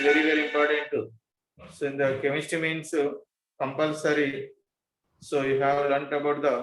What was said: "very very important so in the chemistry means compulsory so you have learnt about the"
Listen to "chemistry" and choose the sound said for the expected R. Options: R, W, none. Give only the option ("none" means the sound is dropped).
none